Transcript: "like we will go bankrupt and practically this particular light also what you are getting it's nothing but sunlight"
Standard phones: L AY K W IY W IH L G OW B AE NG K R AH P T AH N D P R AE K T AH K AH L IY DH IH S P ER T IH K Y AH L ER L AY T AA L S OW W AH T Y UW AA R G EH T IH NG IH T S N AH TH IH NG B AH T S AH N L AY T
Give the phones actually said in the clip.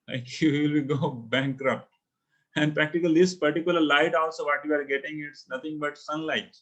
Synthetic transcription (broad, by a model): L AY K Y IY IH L G OW B AE NG K R AH P T AH N D P R AE K T AH K AH L IY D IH S P ER T IH K Y AH L ER L AY T AA L S OW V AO T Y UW AA R G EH T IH NG IH T S N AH T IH NG B AH T S AH N L AY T